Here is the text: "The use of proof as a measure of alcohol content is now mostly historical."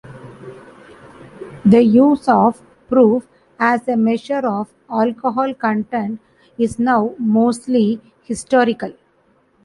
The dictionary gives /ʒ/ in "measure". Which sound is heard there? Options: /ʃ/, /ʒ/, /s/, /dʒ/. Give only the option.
/ʃ/